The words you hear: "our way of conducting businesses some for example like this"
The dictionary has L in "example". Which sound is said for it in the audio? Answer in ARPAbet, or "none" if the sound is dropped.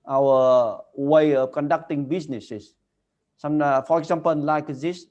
N